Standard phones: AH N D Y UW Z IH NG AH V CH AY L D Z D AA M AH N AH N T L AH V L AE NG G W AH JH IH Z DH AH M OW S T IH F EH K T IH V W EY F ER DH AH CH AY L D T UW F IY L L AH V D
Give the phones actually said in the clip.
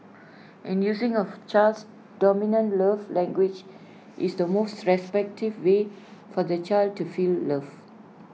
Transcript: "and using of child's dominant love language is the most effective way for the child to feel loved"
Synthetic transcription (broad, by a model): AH N Y UW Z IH NG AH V CH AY L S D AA M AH N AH N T L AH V L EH NG G W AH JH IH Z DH AH M OW S T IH P EH K T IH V W EY F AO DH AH CH AY L D T UW F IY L L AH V